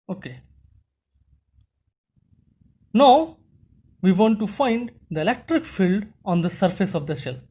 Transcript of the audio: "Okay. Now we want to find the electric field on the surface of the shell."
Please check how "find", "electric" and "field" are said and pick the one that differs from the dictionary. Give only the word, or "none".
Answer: none